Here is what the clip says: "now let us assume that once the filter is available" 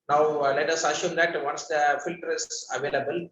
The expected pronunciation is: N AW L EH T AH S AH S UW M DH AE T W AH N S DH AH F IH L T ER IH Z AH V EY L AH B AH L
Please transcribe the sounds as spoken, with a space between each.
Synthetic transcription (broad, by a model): N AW L EH T AH S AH SH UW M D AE T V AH N S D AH F IH L T ER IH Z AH V EY L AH B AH L